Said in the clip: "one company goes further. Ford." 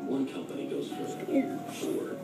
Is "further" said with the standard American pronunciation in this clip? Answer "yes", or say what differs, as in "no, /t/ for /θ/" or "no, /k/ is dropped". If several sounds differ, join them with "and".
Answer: no, /ð/ is dropped